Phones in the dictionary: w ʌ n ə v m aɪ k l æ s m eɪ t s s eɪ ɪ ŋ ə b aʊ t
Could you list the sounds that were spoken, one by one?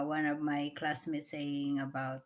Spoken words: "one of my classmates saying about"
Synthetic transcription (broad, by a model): w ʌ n ə v m aɪ k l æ s m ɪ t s s eɪ ɪ ŋ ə b aʊ t